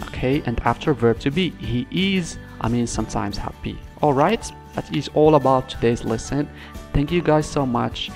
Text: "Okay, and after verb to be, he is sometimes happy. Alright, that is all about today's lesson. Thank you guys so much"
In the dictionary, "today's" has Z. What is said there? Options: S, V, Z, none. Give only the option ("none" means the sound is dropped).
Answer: Z